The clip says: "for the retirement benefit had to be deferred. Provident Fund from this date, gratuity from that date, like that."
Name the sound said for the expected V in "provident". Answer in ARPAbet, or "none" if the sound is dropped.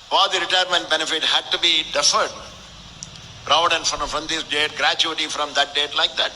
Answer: none